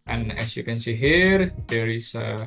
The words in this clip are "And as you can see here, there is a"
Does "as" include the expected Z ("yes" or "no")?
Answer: no